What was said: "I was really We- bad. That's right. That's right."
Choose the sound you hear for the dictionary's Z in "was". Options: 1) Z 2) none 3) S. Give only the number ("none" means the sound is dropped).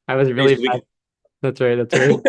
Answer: 1